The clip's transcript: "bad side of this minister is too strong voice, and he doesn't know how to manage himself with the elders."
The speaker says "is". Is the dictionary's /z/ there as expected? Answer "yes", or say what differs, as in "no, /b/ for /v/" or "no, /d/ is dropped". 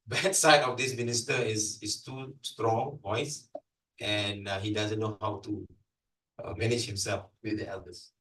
no, /s/ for /z/